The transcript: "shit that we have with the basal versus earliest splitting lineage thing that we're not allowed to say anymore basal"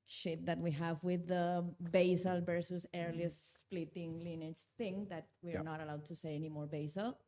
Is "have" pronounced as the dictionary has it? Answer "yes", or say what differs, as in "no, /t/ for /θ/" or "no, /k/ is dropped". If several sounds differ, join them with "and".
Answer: yes